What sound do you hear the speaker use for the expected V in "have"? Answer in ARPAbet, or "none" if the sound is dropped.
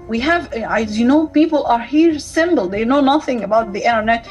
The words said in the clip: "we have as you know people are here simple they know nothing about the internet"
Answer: V